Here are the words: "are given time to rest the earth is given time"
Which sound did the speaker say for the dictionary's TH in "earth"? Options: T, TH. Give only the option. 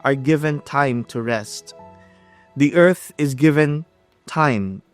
TH